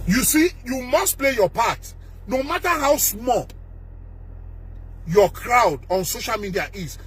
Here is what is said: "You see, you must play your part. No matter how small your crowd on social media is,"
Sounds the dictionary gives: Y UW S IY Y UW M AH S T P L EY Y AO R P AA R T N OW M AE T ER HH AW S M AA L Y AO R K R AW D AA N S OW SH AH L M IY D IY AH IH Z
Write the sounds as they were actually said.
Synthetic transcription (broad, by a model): Y UW S IY Y UW M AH S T P L EY Y AO P AA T N OW M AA T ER HH AW S M AA L Y AO K R AW D AA N S OW SH AH L M IY D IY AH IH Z